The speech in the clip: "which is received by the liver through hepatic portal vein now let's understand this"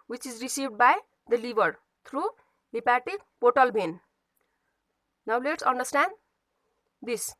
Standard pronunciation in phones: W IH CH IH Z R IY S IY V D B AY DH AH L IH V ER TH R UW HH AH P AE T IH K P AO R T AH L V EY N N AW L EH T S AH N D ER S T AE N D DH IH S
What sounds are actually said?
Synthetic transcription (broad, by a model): W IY CH IH Z R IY S IY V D B AY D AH L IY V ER T R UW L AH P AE T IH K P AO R T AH L B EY N N AW L EH T S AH N D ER S T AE N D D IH S